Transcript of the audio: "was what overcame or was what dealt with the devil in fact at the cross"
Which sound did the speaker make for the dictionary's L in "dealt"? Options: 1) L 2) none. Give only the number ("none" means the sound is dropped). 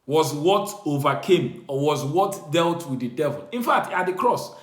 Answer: 1